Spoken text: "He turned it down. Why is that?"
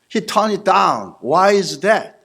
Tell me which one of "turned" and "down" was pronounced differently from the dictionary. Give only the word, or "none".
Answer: turned